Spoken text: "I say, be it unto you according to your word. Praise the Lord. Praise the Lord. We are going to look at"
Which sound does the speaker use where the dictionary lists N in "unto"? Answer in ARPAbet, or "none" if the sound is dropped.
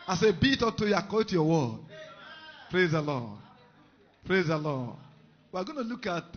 none